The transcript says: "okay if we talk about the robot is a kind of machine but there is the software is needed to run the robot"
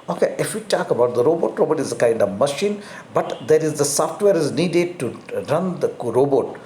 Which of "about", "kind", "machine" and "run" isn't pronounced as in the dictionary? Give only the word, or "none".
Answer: none